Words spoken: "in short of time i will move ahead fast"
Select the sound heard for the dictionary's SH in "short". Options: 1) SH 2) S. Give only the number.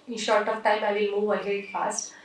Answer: 1